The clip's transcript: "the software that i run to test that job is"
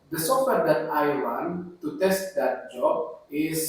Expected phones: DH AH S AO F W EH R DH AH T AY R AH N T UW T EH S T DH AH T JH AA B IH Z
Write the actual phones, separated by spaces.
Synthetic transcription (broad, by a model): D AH S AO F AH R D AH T AY W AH N T UW T EH S T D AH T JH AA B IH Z